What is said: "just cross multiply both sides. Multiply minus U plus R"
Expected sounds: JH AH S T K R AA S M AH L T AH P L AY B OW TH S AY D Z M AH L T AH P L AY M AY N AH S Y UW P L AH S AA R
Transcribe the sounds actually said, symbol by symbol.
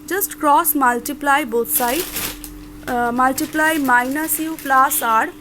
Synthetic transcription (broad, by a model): JH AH S T K R AA S M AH L T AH P L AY B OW T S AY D M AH L T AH P L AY M AY N AH S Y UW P L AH S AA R